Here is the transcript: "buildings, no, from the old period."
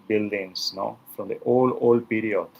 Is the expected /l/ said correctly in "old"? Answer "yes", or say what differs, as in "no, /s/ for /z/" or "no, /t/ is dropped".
yes